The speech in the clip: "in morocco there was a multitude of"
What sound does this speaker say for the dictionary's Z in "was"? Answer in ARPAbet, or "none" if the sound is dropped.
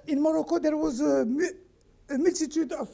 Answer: Z